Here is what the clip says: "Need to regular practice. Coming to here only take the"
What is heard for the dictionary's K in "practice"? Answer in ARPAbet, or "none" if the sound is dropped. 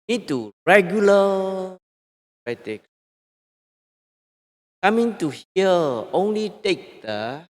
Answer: none